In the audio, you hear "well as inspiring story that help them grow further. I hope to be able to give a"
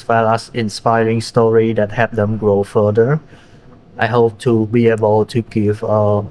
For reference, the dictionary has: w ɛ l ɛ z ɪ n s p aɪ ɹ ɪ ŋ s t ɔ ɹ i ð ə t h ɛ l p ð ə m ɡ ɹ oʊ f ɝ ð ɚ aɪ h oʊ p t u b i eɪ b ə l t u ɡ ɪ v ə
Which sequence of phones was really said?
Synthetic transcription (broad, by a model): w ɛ l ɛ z ɪ n s p aɪ ɹ ɪ ŋ s t ɔ ɹ i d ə t h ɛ p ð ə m ɡ ɹ oʊ f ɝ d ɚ aɪ h oʊ p t u b i eɪ b ə l t u ɡ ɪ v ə